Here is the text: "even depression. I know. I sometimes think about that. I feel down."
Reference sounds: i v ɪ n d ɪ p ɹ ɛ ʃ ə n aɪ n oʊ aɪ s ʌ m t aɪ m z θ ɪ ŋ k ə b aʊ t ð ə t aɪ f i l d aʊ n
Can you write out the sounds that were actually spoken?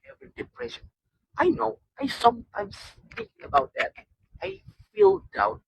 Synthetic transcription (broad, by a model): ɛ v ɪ d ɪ p ɹ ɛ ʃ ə n aɪ n oʊ aɪ s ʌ m t aɪ m s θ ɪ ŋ ə b aʊ t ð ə t aɪ f i l d aʊ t